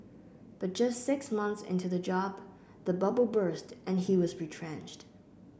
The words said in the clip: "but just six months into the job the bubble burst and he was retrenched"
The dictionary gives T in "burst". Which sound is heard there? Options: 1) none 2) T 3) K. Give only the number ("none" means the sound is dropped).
2